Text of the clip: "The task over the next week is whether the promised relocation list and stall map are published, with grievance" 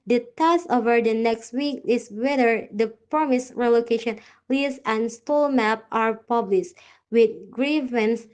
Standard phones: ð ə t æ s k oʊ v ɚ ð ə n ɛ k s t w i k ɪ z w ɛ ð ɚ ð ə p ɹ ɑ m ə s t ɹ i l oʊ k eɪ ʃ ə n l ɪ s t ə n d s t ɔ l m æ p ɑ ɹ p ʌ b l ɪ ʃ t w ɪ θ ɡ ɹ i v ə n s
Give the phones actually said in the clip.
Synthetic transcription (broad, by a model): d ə t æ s oʊ v ɚ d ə n ɛ k s t w i k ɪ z w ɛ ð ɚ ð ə p ɹ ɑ m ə s ɹ i l oʊ k eɪ ʃ ə n l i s ə n s t ɔ l m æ p ɑ ɹ p ʌ b l ɪ ʃ t w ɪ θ ɡ ɹ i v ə n s